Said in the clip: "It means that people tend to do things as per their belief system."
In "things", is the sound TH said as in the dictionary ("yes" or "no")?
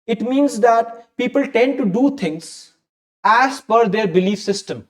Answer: no